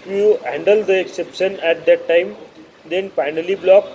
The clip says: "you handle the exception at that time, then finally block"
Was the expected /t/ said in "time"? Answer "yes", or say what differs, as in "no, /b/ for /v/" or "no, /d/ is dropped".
yes